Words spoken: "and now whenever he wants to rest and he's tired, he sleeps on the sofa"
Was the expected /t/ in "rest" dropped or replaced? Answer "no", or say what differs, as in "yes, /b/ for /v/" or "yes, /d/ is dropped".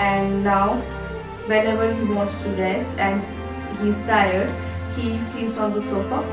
yes, /t/ is dropped